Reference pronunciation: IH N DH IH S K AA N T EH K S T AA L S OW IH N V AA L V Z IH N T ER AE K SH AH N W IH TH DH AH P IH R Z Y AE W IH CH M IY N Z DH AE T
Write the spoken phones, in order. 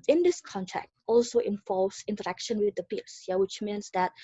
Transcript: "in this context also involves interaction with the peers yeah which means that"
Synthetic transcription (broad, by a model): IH N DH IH S K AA N T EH K T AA L S OW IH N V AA L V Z IH N T ER AE K SH AH N W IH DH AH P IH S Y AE W IH CH M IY N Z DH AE T